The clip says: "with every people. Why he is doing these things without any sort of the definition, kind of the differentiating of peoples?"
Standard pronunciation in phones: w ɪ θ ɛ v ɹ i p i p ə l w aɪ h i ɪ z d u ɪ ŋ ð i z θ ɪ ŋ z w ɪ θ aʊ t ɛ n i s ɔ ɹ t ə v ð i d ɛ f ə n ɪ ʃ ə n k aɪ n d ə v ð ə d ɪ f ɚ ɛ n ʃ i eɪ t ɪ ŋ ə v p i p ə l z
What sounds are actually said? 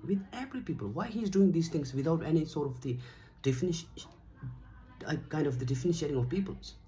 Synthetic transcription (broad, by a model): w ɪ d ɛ p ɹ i p i p ə l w aɪ h i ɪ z d u ɪ ŋ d i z t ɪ ŋ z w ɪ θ aʊ t ɛ n i s ɔ ɹ t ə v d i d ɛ f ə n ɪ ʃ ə k aɪ n d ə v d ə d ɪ f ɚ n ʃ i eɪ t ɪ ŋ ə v p i p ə l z